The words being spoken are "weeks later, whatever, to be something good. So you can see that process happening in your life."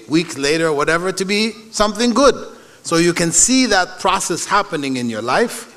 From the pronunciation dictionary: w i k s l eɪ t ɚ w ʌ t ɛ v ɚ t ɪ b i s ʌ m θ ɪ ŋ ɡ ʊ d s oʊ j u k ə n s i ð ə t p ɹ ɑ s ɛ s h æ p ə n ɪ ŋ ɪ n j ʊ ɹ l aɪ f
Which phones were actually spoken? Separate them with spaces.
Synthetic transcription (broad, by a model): w i k s l eɪ t ɚ w ʌ t ɛ v ɚ t ɪ b i s ʌ m θ ɪ ŋ ɡ ʊ d s oʊ j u k ə n s i ð ə t p ɹ ɑ s ɛ s h æ p ə n ɪ ŋ ɪ n j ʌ ɹ l aɪ f